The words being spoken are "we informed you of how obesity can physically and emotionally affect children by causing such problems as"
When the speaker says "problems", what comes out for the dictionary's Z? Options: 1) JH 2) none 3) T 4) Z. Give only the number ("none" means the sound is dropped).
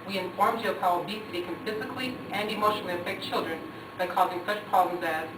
4